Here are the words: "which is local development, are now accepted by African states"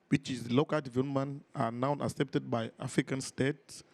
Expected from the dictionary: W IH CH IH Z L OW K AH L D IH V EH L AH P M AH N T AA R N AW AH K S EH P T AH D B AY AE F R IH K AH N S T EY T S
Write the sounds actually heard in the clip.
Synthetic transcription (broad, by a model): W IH CH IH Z L OW K AH L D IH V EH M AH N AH N AA W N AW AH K S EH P T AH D B AY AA F R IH K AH N S T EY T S